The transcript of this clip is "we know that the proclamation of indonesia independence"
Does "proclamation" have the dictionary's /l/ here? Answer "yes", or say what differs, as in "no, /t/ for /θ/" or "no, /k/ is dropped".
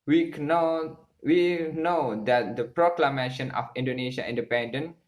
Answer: yes